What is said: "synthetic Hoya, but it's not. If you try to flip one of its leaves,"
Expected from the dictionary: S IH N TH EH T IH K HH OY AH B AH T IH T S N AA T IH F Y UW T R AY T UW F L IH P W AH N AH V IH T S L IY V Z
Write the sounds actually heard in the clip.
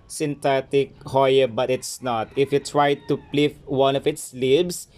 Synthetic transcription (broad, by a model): S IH N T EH T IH K HH OY AH B AH T IH T S N AA T IH F Y UW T R AY T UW P L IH F W AH N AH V IH T S L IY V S